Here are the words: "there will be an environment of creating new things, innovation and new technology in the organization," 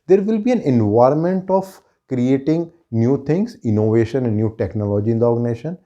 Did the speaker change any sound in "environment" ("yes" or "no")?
no